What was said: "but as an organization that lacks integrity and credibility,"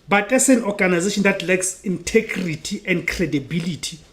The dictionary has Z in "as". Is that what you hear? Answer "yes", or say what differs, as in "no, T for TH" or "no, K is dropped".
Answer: no, S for Z